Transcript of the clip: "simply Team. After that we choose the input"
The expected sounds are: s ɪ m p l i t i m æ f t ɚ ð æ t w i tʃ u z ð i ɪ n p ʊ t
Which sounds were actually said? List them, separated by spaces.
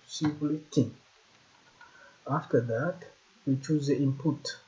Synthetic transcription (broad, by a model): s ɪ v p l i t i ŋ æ f t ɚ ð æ t w i tʃ u z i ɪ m p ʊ t